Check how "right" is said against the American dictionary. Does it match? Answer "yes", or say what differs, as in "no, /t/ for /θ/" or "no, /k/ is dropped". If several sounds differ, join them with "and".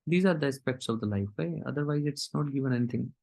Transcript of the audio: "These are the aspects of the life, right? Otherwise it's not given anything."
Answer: no, /t/ is dropped